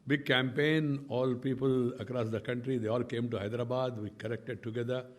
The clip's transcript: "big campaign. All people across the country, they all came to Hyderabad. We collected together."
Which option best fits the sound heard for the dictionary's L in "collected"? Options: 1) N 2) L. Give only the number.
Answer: 1